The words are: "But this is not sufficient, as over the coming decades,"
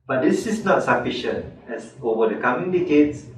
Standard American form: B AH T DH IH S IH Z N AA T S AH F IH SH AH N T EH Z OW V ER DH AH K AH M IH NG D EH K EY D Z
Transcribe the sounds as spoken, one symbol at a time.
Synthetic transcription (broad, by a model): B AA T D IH S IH S N AA T S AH F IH SH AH N T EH S OW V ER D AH K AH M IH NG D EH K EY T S